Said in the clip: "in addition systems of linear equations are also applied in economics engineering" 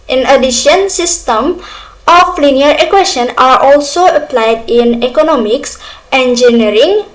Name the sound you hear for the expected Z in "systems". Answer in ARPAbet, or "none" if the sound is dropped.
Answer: none